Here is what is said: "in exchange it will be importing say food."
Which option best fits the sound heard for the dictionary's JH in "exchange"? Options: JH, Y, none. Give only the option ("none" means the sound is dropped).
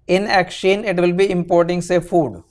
none